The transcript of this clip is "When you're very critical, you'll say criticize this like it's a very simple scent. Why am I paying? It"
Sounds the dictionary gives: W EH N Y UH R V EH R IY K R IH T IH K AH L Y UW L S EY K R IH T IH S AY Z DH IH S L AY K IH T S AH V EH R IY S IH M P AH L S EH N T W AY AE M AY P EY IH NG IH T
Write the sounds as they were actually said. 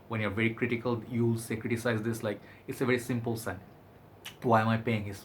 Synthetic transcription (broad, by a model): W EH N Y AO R V EH R IY K R IH T IH K AH L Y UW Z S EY K R IH T IH S AY Z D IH S L AY K IH T S AH V EH R IY S IH M P AH L S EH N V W AY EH M AY P EY IH NG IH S